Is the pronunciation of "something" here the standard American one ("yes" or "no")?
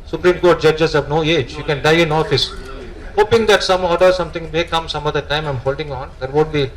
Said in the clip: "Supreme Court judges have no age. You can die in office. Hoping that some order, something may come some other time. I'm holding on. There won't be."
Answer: no